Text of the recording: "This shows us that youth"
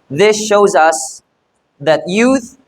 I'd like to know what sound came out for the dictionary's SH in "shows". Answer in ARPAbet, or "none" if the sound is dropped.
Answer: SH